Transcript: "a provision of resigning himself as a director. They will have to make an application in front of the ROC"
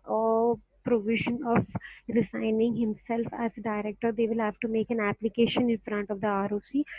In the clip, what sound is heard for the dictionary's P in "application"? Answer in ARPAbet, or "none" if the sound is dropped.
P